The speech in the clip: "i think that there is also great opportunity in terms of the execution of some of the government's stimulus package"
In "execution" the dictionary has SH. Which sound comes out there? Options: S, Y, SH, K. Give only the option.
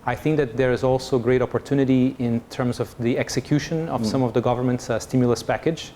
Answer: SH